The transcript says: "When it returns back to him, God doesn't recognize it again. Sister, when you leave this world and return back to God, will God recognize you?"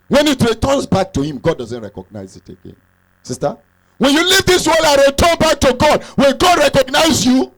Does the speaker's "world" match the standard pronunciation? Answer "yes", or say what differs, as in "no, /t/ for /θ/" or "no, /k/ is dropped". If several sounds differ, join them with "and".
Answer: no, /d/ is dropped